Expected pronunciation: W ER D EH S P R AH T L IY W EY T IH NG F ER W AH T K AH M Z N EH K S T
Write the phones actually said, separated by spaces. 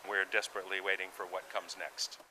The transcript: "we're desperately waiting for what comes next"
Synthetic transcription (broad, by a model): W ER D EH S P R AH T L IY W EY T IH NG F ER W AH T K AH M Z N EH K S T